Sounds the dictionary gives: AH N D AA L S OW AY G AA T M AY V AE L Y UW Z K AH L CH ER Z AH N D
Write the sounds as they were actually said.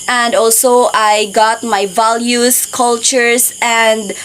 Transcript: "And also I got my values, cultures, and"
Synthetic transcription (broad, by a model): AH N D AA L S OW AY G AA T M AY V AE L Y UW S K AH L CH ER S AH N D